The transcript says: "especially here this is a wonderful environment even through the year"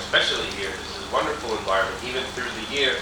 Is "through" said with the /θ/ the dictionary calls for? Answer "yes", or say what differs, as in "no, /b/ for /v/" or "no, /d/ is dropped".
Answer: yes